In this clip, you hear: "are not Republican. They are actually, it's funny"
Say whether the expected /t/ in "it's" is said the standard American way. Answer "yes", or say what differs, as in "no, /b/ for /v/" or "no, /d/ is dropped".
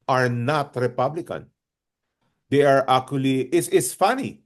no, /s/ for /t/